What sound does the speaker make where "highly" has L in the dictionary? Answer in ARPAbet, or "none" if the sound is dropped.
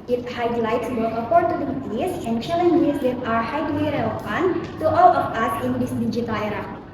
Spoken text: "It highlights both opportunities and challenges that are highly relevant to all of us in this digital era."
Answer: W